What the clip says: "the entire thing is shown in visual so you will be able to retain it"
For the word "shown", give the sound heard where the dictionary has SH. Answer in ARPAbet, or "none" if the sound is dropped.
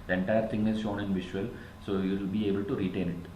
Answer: SH